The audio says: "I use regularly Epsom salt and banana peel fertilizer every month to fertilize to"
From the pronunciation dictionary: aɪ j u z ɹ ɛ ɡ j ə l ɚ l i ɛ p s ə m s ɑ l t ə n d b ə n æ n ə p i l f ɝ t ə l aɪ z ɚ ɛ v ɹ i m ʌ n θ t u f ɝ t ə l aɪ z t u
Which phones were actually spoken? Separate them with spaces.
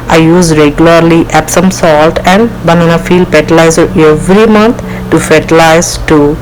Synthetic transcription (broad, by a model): aɪ j u z ɹ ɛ ɡ j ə l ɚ l i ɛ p s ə m s ɑ l t ə n d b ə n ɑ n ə f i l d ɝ t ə l aɪ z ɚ ɛ v ɹ i m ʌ n t t u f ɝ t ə l aɪ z t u